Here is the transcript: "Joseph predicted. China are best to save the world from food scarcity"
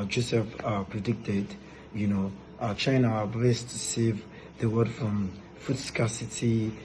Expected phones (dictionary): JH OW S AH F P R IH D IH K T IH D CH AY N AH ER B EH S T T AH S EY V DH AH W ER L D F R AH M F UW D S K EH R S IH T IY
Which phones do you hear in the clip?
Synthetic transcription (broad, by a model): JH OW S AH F P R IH D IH K T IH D CH AY N AH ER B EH S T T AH S EY V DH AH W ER D F R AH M F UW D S K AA S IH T IY